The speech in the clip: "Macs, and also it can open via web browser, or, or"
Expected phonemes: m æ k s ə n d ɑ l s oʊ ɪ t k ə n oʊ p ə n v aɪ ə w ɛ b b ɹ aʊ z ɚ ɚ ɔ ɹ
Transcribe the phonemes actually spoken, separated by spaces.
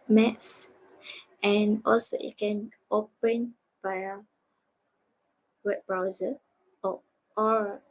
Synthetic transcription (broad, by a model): m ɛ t s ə n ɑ l s oʊ ɪ t k ə n oʊ p ə n b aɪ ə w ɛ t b ɹ aʊ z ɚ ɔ ɔ ɹ